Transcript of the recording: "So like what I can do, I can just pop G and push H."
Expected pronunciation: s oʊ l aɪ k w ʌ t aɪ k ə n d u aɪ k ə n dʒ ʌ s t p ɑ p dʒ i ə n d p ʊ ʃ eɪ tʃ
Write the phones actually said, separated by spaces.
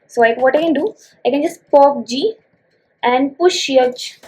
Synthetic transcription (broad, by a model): s oʊ l aɪ k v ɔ t aɪ k ə n d u aɪ k ə n dʒ ʌ s t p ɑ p dʒ i ə n d p ʊ ʃ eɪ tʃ